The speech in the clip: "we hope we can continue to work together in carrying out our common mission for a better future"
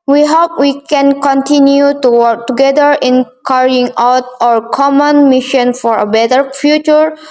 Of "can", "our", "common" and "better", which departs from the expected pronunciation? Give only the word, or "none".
none